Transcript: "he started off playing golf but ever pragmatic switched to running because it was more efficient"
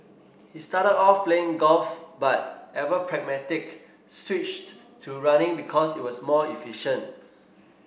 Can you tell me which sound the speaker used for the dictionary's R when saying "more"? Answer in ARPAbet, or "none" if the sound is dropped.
L